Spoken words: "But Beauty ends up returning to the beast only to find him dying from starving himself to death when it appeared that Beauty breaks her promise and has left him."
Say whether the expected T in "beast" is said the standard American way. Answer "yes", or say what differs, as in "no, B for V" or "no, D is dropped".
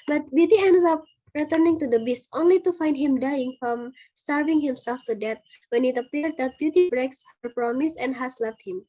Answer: yes